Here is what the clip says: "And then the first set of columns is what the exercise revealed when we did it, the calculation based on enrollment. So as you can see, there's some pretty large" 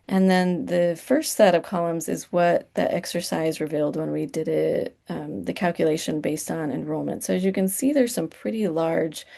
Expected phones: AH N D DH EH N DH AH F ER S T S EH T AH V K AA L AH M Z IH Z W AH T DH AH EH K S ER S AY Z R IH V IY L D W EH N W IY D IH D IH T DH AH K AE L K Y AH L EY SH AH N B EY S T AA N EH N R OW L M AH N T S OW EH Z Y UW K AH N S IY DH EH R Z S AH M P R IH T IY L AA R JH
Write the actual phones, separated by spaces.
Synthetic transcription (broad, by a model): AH N DH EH N DH AH F ER S T S EH T AH V K AA L AH M Z IH Z W AH T DH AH EH K S ER S AY Z R IH V IY L D W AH N W IY D IH D IH T DH AH K AE L K Y AH L EY SH AH N B EY S T N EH N R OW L M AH N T S OW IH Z Y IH K AH N S IY DH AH R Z S AH M P R IH T IY L AA R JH